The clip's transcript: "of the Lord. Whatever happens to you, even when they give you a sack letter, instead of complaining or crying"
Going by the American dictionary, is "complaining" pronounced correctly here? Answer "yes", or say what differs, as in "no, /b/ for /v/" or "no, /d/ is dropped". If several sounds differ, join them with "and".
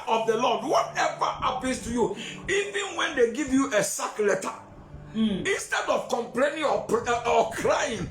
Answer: yes